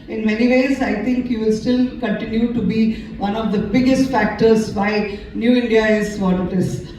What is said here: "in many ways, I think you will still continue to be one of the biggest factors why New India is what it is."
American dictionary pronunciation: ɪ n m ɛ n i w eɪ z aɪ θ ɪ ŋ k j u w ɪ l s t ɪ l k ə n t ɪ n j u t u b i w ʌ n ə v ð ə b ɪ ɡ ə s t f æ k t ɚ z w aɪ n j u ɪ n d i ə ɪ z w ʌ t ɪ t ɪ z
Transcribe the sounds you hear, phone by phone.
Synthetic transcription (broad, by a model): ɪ n m ɛ n i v eɪ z aɪ t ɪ ŋ k j u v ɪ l s t ɪ l k ə n t ɪ n j u t u b i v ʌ n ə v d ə b ɪ ɡ ə s t f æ k t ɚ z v aɪ n j u ɪ n d i ə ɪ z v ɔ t ɪ t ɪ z